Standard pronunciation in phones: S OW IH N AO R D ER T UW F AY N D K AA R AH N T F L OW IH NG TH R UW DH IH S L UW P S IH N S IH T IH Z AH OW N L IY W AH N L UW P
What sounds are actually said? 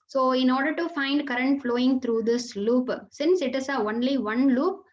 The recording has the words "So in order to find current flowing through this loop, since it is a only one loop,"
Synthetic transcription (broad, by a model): S OW IH N AO R D ER T UW F AY N D K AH R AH N T F L OW IH NG T R UW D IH S L UW P S IH N S IH T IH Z AH OW N L IY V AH N L UW P